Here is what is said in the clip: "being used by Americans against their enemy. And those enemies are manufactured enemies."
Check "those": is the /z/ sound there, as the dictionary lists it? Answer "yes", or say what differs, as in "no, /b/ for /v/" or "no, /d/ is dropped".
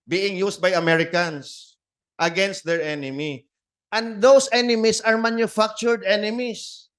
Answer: no, /s/ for /z/